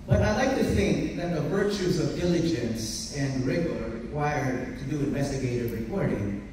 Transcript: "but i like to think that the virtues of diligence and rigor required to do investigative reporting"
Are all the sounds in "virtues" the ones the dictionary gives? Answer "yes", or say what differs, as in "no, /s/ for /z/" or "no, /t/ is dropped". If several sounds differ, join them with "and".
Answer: yes